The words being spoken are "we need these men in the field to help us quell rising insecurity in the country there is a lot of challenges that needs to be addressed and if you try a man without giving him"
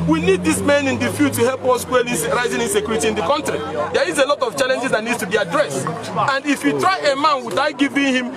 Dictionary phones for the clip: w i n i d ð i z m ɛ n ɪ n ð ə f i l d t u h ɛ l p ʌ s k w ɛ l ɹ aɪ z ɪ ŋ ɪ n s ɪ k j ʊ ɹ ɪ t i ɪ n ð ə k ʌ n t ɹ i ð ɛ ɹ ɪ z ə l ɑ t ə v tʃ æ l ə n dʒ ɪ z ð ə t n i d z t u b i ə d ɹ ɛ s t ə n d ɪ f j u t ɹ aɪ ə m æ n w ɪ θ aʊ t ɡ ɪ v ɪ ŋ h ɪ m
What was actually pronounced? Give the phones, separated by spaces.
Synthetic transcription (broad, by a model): w i n i d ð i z m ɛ n ɪ n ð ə f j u t u h ɛ l p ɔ s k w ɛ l ɹ aɪ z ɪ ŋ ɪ n s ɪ k j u ɹ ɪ t i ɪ n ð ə k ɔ n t ɹ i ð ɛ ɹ ɪ z ə l ɑ t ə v tʃ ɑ l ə n dʒ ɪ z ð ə t n i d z t u b i ə d ɹ ɛ s t ə n d ɪ f j u t ɹ aɪ ə m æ n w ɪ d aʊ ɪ ɡ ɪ v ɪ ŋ h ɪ m